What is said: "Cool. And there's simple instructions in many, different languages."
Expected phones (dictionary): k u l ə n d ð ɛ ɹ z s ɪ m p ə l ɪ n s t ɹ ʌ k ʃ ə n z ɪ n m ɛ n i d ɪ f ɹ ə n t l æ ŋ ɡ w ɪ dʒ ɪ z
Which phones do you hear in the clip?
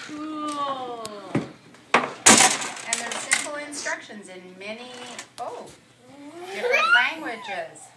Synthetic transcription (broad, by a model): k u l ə n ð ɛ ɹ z s ɪ m p ə l ɪ n s t ɹ ʌ k ʃ ə n z ɪ n m ɛ n i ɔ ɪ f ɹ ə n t l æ ŋ ɡ w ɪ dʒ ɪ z